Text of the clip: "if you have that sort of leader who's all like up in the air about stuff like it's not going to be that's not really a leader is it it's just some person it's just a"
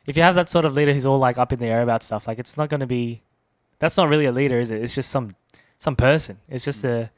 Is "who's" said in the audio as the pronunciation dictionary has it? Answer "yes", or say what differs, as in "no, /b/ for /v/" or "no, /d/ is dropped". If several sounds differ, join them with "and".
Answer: yes